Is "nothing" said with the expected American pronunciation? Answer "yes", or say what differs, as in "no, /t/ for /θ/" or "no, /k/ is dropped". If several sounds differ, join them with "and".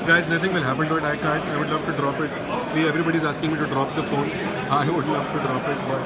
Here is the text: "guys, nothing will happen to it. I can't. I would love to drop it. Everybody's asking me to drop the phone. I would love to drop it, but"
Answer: no, /t/ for /θ/